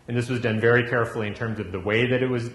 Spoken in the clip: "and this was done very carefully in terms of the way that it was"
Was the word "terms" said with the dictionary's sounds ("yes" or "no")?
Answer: yes